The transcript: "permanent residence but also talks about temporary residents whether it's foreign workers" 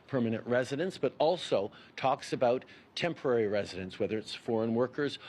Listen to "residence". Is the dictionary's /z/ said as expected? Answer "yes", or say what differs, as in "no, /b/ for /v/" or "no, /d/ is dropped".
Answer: yes